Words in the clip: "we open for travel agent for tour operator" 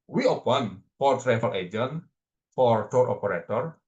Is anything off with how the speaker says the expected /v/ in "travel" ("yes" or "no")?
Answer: yes